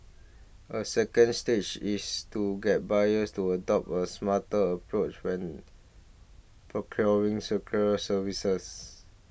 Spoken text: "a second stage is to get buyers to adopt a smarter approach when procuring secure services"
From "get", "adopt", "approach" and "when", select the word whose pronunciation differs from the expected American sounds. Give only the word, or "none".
adopt